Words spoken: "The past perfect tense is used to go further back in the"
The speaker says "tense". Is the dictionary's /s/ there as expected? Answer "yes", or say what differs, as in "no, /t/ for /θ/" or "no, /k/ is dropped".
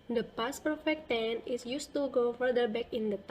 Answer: no, /s/ is dropped